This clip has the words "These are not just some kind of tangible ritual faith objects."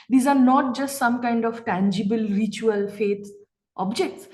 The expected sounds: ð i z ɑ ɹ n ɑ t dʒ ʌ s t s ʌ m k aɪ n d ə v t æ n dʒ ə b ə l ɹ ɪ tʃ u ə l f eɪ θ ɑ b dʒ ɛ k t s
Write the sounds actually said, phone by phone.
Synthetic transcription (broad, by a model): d i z ɑ ɹ n ɑ t dʒ ʌ s t s ʌ m k aɪ n d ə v t æ n dʒ ə b ə l ɹ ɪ tʃ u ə l f eɪ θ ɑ b dʒ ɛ k t s